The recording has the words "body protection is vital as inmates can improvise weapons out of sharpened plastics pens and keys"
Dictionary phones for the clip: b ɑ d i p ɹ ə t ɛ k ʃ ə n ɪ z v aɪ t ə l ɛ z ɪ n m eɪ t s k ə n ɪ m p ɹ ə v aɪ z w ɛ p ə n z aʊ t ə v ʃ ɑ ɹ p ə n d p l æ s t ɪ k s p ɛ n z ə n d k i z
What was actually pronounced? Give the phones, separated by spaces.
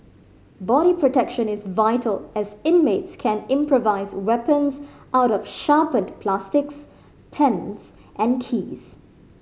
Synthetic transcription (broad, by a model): b ɑ d i p ɹ ə t ɛ k ʃ ə n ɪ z v aɪ t ə l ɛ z ɪ n m eɪ t s k ə n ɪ m p ɹ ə v aɪ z w ɛ p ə n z aʊ t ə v ʃ ɑ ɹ p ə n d p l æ s t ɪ k s p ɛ n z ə n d k i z